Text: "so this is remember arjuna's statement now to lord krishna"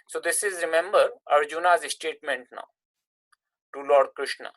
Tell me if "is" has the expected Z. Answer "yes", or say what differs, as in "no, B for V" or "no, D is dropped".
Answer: yes